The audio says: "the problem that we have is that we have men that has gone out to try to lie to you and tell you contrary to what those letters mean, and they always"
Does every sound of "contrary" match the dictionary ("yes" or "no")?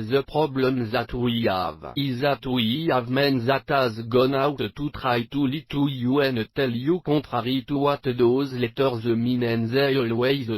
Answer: no